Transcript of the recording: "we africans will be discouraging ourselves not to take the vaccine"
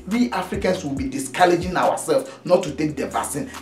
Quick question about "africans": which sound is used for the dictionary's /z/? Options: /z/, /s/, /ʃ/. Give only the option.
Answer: /s/